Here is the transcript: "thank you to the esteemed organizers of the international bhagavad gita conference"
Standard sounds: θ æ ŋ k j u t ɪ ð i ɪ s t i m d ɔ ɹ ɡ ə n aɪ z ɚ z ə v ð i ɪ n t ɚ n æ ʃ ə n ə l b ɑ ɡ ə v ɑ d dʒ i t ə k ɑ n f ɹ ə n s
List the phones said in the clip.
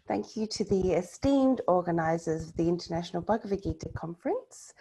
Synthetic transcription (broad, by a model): θ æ ŋ k j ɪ t ɪ ð i ɪ s t i m d ɔ ɡ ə n aɪ z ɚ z ə v ð i ɪ n t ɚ n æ ʃ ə n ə l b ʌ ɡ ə v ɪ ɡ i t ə k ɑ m f ɹ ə n s